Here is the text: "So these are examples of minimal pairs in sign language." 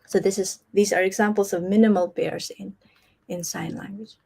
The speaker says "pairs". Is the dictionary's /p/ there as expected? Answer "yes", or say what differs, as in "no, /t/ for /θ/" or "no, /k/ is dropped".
no, /b/ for /p/